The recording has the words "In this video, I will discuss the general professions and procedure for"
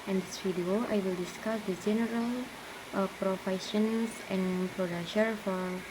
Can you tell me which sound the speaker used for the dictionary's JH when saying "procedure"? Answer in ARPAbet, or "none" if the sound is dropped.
SH